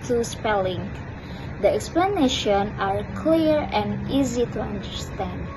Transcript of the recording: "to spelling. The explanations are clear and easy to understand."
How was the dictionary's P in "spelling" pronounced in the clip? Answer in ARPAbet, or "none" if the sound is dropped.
P